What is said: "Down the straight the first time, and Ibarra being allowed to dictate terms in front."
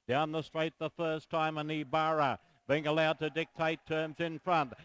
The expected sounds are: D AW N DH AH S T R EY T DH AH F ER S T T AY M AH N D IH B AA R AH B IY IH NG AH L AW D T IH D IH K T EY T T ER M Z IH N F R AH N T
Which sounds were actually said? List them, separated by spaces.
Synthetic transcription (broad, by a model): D AW N DH AH S T R EY T DH AH F ER S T T AY M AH N IH B AA R AH B IY IH NG AH L AW D T IH D IH K T EY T T ER M Z IH N F R AH N T